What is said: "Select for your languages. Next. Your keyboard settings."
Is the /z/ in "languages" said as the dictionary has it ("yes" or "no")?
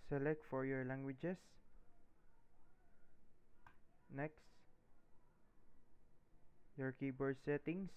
no